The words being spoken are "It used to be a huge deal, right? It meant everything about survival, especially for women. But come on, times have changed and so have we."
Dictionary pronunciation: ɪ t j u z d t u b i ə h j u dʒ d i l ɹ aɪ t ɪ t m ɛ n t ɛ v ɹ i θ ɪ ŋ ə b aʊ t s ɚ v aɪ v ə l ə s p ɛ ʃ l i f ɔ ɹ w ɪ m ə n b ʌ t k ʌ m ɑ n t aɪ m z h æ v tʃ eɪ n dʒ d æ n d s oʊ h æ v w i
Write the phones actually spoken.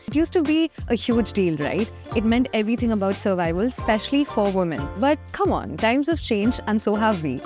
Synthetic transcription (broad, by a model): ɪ t j u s t u b i ə h j u dʒ d i l ɹ aɪ t ɪ t m ɛ n t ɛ v ɹ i t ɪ ŋ ə b aʊ t s ɚ v aɪ v ə l s p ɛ ʃ l i f ɔ ɹ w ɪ m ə n b ʌ t k ʌ m ɑ n t aɪ m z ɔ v tʃ eɪ n dʒ æ n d s oʊ h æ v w i